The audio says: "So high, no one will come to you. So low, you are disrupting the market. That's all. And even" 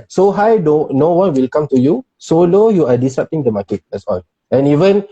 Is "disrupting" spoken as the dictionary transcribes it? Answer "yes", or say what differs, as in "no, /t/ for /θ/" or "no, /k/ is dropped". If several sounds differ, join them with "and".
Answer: no, /ɹ/ is dropped